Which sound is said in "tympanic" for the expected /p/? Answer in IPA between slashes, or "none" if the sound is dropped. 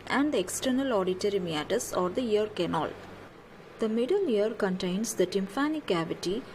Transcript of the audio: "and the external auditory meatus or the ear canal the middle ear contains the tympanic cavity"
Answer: /f/